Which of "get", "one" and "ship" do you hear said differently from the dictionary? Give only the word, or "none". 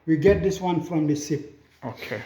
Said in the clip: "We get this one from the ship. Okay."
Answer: ship